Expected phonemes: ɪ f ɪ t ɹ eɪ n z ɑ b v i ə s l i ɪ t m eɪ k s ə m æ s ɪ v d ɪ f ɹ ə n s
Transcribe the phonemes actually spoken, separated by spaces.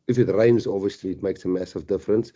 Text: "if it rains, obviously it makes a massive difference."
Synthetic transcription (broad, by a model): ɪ f ɪ t ɹ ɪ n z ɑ v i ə s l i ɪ t m eɪ k s ə m æ s ɪ v d ɪ f ɹ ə n s